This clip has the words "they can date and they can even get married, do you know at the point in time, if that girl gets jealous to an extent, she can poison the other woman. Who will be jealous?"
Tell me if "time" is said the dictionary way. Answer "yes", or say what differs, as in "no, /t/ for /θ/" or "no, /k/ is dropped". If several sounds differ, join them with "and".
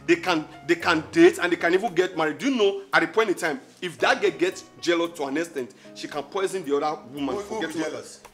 yes